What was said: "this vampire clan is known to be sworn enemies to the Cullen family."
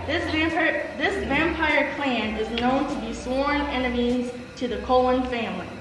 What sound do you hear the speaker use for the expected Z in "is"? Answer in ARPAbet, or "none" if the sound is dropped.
Z